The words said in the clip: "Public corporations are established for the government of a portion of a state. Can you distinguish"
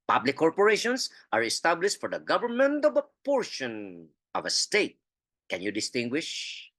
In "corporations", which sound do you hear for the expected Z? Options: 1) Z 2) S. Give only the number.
2